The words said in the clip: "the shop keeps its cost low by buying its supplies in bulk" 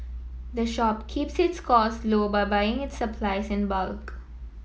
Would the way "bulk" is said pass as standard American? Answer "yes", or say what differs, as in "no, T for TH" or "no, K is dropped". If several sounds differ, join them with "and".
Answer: yes